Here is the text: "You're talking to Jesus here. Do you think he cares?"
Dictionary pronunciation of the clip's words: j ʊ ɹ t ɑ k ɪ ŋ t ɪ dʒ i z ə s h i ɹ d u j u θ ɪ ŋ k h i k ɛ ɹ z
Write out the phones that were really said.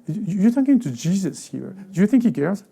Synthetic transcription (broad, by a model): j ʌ ɹ t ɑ k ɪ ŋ t ɪ dʒ i z ə s h i ɹ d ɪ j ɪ θ ɪ ŋ k h i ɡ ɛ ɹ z